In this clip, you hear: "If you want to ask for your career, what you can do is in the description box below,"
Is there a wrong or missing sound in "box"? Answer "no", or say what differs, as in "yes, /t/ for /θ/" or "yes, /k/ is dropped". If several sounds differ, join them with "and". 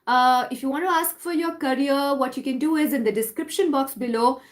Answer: no